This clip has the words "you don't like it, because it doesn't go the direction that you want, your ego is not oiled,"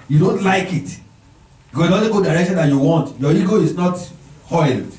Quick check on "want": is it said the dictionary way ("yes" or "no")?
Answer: yes